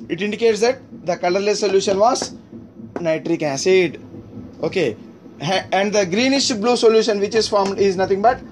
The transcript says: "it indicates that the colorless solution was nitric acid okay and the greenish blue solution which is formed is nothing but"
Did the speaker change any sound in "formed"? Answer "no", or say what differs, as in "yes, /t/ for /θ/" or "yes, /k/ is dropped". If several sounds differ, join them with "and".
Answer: no